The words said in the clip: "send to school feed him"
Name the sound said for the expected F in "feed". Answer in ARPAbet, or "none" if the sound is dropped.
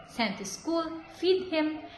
F